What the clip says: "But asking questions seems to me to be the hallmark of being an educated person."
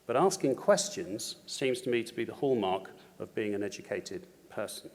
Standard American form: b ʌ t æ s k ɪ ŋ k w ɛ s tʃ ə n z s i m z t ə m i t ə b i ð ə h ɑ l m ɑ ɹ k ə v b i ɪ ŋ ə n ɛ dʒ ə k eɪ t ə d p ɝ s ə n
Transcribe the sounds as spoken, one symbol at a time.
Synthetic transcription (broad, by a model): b ʌ t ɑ s k ɪ ŋ k w ɛ s tʃ ə n z s i m z t ə m i t ə b i ð ə h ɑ l m ɑ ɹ k ə v b i ɪ ŋ ə n ɛ dʒ ə k eɪ t ə d p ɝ s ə n